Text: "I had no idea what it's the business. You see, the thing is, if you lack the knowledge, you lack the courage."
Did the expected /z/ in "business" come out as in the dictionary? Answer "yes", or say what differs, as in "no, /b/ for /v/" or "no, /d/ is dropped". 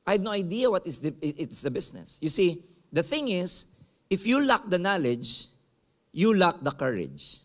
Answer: no, /s/ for /z/